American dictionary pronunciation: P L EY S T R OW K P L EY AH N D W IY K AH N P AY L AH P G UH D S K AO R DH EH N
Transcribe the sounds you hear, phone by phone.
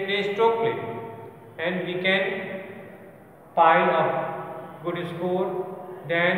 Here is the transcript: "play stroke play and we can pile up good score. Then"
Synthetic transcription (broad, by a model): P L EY S T OW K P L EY AH N D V IY K AH N P AY L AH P G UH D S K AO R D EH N